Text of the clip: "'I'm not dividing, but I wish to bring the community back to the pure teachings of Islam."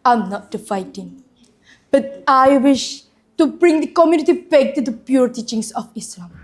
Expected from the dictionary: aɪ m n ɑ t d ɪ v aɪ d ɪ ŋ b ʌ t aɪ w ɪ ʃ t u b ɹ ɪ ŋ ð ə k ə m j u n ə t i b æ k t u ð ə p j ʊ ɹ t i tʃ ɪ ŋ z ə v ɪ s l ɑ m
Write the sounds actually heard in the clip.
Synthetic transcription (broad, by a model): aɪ m n ɑ t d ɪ f aɪ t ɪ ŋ b ʌ t aɪ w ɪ ʃ t u b ɹ ɪ ŋ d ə k ə m j u n ə t i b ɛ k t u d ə p j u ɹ t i tʃ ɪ ŋ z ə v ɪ s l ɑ m